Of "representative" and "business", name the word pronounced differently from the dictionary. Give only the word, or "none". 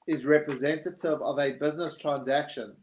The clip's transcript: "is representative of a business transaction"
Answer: none